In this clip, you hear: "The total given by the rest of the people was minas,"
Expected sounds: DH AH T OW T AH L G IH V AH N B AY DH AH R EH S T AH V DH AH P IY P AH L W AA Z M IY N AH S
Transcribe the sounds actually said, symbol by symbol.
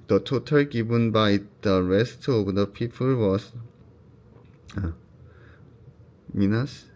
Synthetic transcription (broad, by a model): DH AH T OW T AH L G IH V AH N B AY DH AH R EH S T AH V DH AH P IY F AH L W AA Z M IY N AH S